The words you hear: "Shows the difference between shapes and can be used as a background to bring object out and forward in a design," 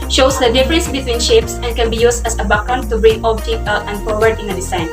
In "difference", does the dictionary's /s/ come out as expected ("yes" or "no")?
yes